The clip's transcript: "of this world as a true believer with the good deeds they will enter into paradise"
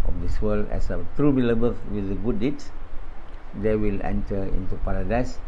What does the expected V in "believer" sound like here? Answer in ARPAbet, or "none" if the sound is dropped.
B